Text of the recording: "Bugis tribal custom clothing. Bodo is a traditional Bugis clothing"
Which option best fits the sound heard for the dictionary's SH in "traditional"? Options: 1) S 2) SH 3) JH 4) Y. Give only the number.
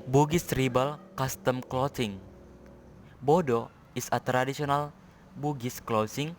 1